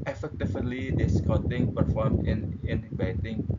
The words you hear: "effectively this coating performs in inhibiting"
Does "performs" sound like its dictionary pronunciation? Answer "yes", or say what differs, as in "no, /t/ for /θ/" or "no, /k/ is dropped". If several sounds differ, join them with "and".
no, /z/ is dropped